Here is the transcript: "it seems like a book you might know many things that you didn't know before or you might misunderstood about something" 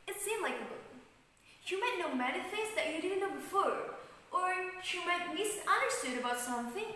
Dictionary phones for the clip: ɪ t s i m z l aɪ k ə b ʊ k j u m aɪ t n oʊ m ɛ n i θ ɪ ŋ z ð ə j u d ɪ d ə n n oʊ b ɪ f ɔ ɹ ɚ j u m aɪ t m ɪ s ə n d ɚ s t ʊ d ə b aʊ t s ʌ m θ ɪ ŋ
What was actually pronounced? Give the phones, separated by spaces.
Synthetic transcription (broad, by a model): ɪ t s i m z l aɪ k ə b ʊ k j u m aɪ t n oʊ m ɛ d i f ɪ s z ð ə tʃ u d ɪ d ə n n oʊ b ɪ f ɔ ɹ ɚ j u m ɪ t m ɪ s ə n d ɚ s t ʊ d ə b aʊ t s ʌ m θ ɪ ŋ